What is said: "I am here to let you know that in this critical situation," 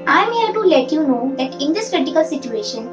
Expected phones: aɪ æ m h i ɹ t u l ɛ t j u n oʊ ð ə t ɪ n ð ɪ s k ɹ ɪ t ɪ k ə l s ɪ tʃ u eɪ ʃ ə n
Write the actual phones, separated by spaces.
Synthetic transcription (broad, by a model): aɪ m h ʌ l t u l ɛ t j u n oʊ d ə t ɪ n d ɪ s k ɹ ɪ t ɪ k ə l s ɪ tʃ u eɪ ʃ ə n